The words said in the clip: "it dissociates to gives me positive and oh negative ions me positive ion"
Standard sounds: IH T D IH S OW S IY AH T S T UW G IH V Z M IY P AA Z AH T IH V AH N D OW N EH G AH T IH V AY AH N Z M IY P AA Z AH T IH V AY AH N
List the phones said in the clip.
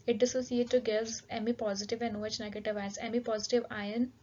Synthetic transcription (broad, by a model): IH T D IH S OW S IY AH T T UW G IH Z M IY P AA Z AH T IH V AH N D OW N EH G AH T IH V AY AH M IY P AA Z AH T IH V AY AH N